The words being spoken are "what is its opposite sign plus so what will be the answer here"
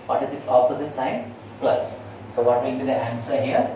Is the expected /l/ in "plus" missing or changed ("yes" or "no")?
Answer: no